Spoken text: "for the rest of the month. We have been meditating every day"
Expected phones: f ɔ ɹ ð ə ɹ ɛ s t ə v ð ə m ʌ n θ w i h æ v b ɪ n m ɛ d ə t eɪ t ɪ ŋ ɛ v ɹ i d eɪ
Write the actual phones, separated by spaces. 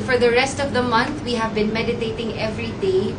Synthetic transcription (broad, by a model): f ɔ ɹ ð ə ɹ ɛ s t ə v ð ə m ʌ n θ w i h æ v b ɪ n m ɛ d ə t eɪ t ɪ ŋ ɛ v ɹ i d eɪ